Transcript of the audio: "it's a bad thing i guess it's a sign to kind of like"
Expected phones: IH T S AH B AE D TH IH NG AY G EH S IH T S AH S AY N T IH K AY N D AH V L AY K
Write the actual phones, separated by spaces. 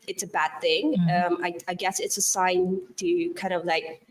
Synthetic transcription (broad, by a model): IH T S AH B AE D TH IH NG AY G EH S IH T S AH S AY N T IH K AY N D AH V L AY K